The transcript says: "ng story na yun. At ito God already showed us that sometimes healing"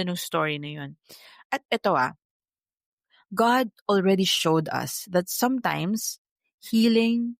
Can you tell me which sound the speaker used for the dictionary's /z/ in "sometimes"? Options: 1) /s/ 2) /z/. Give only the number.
1